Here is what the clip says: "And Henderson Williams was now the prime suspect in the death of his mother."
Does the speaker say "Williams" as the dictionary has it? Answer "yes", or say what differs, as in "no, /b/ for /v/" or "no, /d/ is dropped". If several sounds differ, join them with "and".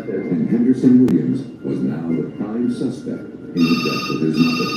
yes